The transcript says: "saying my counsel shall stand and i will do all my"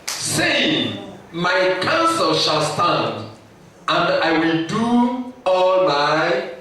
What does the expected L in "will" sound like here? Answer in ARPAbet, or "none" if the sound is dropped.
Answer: L